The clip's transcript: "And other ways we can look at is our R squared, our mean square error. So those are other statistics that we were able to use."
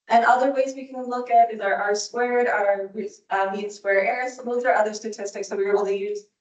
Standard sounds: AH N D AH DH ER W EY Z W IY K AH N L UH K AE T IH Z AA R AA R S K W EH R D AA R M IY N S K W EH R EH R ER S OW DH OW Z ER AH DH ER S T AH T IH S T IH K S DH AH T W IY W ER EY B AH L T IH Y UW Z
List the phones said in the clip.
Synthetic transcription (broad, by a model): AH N AH DH ER W EY Z W IY K AH N L UH K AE T IH Z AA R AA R S K W EH R D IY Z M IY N S K W EH R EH R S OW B OW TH ER AH DH ER S T AH T IH S T IH K S DH AH T W IY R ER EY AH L T IH Y UW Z